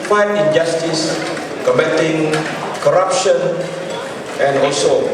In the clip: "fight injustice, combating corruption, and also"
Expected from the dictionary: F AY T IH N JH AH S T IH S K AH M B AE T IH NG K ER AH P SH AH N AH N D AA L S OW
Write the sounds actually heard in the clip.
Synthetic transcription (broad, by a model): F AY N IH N JH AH S T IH S K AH M EH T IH NG K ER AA P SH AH N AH N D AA L S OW